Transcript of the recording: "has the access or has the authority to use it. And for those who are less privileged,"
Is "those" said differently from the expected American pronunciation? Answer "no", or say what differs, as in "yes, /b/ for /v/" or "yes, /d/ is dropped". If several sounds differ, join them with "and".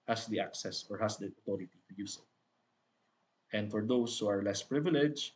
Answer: yes, /s/ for /z/